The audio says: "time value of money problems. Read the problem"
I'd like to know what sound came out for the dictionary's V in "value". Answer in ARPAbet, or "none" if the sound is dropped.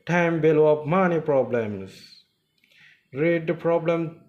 B